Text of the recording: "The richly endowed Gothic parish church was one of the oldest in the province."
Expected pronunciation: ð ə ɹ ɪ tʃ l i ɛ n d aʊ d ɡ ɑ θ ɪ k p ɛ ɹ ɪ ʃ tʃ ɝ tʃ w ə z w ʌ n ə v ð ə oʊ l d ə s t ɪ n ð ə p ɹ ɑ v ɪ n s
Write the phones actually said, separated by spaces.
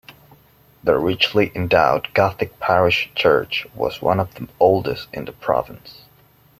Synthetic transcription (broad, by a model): ð ə ɹ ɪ tʃ l i ɛ n d aʊ d ɡ ɑ θ ɪ k p ɛ ɹ ɪ ʃ tʃ ɝ tʃ w ə z w ʌ n ə v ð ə oʊ l d ə s t ɪ n ð ə p ɹ ɑ v ɪ n s